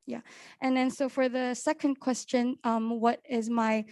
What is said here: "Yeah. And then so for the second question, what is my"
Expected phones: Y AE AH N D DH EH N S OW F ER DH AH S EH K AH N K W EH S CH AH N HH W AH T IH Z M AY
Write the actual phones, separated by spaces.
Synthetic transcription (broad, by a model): Y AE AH N DH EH N S OW F ER DH AH S EH K AH N K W EH S CH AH N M W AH T IH Z M AY